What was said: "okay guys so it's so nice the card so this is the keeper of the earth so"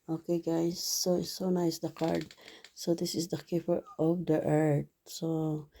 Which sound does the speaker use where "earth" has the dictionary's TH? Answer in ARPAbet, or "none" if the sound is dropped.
T